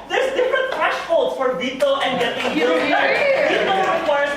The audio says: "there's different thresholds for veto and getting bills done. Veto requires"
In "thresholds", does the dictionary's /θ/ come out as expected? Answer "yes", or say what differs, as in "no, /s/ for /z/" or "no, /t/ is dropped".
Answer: no, /f/ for /θ/